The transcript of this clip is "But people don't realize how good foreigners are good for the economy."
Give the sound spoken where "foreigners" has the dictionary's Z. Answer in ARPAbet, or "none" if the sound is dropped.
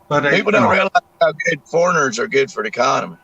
Z